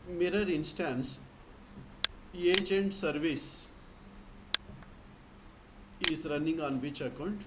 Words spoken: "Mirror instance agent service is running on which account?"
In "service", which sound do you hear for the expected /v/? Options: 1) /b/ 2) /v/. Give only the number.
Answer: 2